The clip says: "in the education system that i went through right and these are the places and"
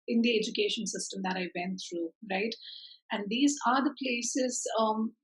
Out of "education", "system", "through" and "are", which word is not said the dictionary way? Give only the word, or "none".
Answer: through